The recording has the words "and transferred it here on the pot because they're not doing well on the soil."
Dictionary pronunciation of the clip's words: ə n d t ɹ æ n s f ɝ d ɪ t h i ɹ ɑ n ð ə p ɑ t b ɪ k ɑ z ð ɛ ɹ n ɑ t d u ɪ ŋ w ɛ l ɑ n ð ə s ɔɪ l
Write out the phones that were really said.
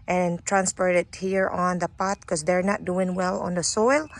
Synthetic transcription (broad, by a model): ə n t ɹ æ n s p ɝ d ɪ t h i ɹ ɑ n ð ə p ɑ t k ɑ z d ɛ ɹ n ɑ t d u ɪ ŋ w ɛ l ɑ n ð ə s ɔɪ l